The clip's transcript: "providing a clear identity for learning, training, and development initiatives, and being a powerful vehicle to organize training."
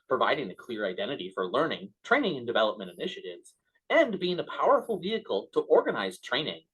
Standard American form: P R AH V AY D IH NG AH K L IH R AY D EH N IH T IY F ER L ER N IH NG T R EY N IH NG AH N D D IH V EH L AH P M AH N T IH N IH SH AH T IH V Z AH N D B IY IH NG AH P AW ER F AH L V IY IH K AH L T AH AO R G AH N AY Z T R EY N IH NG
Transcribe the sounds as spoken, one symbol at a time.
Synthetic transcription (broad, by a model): P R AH V AY D IH NG AH K L IH R AY D EH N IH T IY F ER L ER N IH NG T R EY N IH NG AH N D D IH V EH L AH P M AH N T IH N IH SH AH T IH V Z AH N B IY IH NG AH P AW ER F L V IY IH K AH L T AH AO R G AH N AY Z T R EY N IH NG